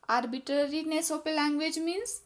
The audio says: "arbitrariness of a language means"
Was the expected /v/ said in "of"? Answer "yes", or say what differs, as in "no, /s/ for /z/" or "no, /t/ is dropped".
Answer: no, /p/ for /v/